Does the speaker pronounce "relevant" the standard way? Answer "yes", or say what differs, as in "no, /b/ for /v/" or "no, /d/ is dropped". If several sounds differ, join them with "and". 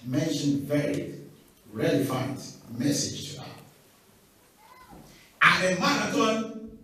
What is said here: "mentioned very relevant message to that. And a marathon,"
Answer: no, /f/ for /v/